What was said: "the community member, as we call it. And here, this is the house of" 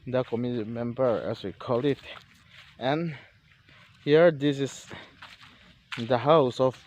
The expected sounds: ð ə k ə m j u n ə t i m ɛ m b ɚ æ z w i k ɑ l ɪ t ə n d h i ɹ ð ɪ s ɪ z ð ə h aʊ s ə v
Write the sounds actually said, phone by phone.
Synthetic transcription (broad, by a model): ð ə k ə m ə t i m ɛ m b ɚ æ s w i k ɑ l ɪ t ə n h i ɹ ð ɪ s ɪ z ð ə h aʊ s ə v